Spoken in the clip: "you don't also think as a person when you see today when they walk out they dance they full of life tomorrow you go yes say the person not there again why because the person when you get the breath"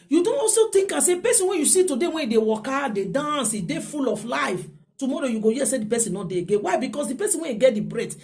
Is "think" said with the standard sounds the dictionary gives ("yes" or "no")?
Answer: no